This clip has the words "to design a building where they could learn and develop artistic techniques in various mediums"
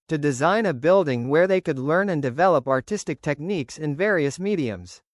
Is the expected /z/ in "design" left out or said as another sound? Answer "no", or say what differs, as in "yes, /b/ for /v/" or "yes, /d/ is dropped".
no